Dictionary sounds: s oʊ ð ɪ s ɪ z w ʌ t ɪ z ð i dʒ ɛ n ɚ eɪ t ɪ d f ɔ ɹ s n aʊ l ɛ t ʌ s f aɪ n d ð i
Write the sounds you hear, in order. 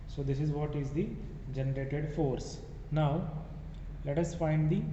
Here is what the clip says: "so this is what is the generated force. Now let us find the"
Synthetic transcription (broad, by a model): s oʊ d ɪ s ɪ z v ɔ t ɪ z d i dʒ ɛ n ɚ eɪ t ɪ d f ɔ ɹ s n aʊ l ɛ t ʌ s f aɪ n d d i